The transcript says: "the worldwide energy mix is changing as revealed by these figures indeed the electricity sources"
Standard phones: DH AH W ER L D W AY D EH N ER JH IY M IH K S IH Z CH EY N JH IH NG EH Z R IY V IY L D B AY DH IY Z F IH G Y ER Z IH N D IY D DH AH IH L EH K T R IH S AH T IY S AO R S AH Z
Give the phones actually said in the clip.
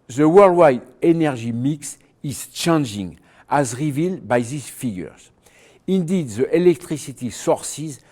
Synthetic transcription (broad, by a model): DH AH W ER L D W AY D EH N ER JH IY M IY K S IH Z CH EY N JH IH NG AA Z R IY V IY L D B AY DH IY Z F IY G Y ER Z IH N D IY D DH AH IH L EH K T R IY S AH T IY S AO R S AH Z